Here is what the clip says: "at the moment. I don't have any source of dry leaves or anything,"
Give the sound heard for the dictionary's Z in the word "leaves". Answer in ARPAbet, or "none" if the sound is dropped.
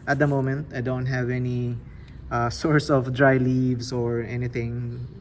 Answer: S